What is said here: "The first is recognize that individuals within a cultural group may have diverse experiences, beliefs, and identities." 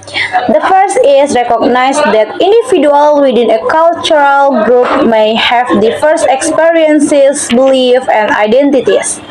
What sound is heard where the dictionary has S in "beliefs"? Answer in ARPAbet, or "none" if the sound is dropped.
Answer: none